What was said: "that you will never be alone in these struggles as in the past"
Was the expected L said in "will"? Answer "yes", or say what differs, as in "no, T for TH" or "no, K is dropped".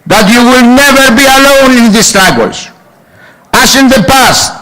yes